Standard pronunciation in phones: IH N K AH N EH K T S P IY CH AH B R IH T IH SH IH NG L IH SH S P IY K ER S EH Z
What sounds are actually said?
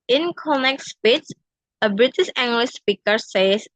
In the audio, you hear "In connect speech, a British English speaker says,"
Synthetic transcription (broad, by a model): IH N K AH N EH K S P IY S AH B R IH T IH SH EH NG L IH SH S P IY K ER S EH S